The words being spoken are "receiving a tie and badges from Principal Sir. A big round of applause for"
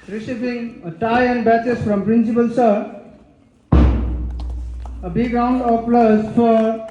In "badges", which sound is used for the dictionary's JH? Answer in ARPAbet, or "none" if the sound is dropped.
CH